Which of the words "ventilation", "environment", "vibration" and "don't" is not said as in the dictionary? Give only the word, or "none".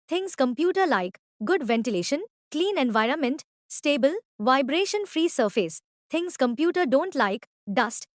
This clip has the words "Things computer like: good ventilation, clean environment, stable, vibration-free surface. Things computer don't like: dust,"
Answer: none